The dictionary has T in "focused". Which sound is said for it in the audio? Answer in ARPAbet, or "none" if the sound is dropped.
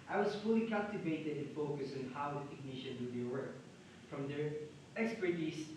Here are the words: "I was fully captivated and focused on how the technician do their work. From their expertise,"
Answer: none